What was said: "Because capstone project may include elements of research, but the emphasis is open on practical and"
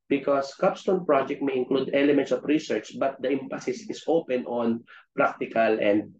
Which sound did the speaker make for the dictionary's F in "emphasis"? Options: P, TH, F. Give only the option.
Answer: P